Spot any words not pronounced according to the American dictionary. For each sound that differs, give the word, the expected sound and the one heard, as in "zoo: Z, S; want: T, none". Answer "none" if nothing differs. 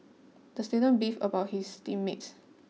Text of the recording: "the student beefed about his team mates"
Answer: beefed: T, none; his: Z, S